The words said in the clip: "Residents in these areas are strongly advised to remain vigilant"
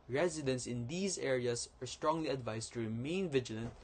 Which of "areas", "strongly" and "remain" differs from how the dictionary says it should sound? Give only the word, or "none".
areas